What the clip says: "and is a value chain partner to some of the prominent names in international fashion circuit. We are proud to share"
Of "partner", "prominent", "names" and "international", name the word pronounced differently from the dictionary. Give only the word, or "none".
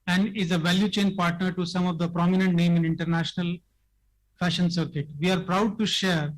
names